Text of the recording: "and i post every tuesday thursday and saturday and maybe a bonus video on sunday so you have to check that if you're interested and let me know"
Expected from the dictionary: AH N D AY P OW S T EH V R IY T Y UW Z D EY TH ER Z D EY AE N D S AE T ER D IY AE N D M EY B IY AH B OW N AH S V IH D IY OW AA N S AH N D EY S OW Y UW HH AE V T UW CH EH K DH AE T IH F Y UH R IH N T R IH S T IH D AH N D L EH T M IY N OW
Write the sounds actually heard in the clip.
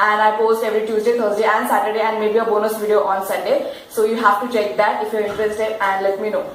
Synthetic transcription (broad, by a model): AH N D AY P OW S T EH V R IY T Y UW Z D EY T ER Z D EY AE N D S AE T ER D IY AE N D M EY B IY AH B OW N AH S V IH D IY OW AA N S AH N D EY S OW Y UW HH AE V T UW CH EH K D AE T IH F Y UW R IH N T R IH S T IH AH N D L EH T M IY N OW